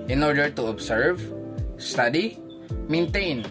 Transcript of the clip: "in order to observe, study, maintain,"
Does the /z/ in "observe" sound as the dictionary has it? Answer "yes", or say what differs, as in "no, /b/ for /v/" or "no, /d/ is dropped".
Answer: no, /s/ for /z/